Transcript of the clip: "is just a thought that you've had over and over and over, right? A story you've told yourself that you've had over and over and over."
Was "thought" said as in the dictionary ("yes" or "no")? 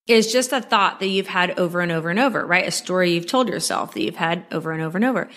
yes